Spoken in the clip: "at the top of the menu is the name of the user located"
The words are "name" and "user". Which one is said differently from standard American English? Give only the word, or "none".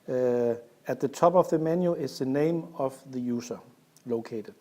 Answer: user